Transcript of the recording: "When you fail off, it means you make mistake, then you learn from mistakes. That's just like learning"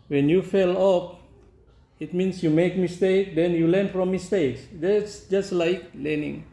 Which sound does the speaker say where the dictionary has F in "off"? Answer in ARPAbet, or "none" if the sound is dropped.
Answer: P